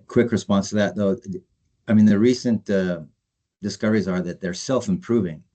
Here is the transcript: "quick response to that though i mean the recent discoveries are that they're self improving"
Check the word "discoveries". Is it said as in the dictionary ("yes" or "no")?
yes